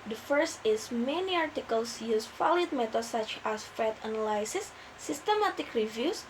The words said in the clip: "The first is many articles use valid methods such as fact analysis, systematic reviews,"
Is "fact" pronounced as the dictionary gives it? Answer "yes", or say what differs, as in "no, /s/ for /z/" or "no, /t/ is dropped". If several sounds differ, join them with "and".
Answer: no, /k/ is dropped